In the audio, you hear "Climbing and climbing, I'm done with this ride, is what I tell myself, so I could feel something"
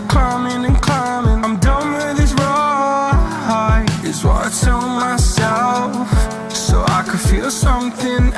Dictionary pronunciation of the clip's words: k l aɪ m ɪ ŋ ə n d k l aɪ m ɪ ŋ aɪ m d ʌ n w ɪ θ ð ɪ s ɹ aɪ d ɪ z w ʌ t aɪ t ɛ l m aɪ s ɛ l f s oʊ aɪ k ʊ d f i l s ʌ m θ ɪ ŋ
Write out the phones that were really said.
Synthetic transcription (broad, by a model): k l aɪ m ɪ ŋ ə n k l aɪ m ɪ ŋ aɪ m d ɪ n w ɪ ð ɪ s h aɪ ɪ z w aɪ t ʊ n m aɪ s ɛ l f s oʊ aɪ k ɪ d f i l s ʌ m θ ɪ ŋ